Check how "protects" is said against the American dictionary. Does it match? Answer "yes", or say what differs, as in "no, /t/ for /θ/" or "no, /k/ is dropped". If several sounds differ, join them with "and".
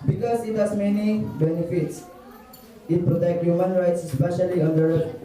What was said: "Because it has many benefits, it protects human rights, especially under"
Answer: no, /s/ is dropped